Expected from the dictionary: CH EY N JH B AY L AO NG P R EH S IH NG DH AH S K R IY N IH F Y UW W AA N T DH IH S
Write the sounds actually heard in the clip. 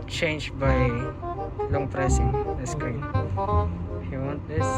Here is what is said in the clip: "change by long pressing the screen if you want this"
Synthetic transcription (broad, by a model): CH EY N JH B AY L AO NG P R EH S IH NG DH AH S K IY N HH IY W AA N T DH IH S